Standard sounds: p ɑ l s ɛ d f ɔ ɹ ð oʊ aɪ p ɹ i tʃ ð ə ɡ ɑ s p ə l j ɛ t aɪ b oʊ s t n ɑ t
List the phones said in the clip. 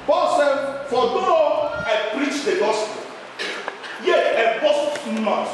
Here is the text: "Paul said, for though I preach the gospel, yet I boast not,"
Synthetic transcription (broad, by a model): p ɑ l s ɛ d f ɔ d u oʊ aɪ p ɹ i tʃ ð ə ɡ ɑ s p ə l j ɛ aɪ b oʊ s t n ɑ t